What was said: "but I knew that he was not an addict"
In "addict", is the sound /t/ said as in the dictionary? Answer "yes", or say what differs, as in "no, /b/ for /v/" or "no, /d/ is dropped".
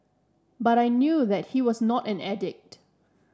yes